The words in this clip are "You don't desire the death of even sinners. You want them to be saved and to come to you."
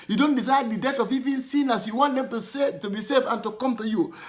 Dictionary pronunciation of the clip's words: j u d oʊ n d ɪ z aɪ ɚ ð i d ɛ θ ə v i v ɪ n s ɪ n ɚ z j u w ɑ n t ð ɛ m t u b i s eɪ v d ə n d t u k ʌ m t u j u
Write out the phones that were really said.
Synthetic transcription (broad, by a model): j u d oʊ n d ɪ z aɪ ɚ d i d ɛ t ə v i v ɪ n s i n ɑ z j u w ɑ n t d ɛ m t u b i s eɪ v ə n t u k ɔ m t u j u